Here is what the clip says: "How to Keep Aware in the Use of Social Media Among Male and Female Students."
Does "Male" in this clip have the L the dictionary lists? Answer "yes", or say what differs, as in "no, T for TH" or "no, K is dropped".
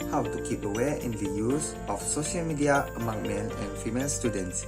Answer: no, N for L